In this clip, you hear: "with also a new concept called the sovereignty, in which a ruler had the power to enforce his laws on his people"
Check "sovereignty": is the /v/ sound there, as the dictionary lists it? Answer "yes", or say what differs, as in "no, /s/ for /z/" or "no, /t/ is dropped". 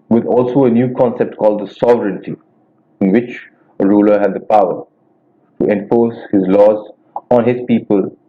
yes